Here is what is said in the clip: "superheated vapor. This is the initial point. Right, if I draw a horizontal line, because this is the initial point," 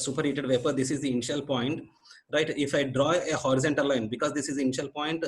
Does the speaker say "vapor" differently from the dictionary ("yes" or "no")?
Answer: no